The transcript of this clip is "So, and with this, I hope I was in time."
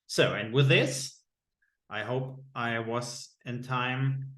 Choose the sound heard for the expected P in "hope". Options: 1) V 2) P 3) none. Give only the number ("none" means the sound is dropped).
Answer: 2